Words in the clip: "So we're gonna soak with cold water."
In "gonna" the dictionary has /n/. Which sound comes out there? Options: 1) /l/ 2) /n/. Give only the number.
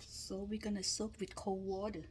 2